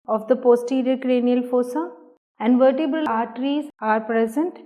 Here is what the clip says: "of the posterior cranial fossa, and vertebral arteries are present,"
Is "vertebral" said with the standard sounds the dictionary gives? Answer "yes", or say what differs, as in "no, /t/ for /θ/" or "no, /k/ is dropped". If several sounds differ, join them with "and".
no, /ɹ/ is dropped